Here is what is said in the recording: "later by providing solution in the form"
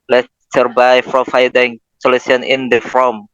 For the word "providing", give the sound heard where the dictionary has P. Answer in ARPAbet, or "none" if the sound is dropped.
F